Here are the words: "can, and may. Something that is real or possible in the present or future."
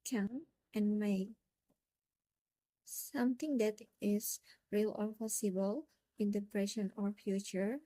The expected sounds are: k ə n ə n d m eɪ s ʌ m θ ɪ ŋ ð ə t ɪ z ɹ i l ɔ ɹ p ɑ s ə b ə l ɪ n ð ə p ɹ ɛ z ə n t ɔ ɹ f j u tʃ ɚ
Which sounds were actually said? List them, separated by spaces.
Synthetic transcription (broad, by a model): k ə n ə n m eɪ s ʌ m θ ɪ ŋ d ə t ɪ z ɹ i l ɔ ɹ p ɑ s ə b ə l ɪ n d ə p ɹ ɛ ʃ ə n ɔ ɹ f j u tʃ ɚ